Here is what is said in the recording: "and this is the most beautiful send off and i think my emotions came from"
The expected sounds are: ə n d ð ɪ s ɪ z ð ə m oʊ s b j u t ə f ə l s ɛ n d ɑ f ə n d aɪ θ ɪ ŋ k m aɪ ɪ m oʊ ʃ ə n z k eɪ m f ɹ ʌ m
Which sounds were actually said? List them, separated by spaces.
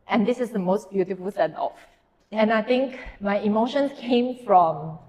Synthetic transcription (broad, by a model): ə n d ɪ s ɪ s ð ə m oʊ s b j u t ə f ə l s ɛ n ɑ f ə n aɪ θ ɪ ŋ k m aɪ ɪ m oʊ ʃ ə n s k eɪ m f ɹ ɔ m